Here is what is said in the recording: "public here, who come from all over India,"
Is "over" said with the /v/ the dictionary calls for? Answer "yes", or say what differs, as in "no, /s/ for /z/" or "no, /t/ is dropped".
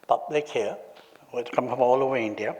no, /v/ is dropped